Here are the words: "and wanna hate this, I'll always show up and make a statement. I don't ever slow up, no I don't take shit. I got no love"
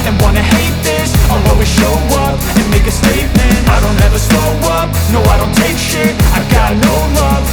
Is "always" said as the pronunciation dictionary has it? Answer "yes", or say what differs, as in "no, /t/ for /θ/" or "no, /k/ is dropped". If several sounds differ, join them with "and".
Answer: no, /l/ is dropped